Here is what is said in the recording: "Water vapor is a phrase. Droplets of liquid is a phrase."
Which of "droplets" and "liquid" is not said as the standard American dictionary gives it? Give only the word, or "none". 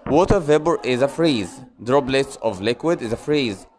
droplets